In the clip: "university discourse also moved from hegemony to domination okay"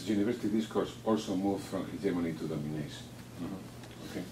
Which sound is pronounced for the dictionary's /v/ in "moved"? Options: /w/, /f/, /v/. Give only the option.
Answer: /f/